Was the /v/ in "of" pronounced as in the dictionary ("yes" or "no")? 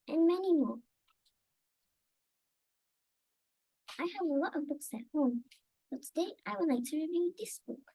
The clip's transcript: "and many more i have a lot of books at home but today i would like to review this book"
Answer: yes